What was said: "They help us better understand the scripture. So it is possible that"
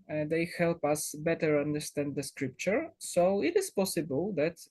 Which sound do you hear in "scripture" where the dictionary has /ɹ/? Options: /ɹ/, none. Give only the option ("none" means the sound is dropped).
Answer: /ɹ/